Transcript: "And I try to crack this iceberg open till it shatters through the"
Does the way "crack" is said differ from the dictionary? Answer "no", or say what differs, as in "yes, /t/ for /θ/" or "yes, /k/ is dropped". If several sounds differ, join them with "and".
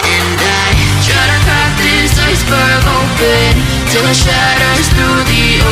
yes, /ɹ/ is dropped